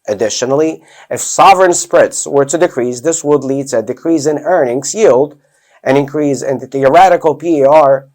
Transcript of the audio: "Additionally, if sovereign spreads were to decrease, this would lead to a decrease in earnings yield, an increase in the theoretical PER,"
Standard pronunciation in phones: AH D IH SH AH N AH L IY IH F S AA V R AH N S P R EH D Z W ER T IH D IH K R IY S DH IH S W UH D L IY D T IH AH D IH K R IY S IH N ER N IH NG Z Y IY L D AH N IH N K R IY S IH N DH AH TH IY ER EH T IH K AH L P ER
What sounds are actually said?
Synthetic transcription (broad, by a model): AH D IH SH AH N L IY IH F S AA V R AH N S P R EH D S W ER T IH D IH K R IY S DH IH S W UH D L IY D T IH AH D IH K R IY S IH N ER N IH NG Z Y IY L D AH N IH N K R IY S IH N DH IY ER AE T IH K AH L P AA